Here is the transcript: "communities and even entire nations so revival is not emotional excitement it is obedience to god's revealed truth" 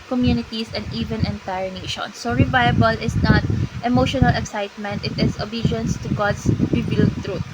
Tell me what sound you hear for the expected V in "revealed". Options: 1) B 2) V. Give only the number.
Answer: 1